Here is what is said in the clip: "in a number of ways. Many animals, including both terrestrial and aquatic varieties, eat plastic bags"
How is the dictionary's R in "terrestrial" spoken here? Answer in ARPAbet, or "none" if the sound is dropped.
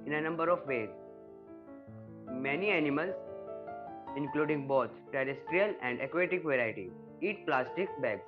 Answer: R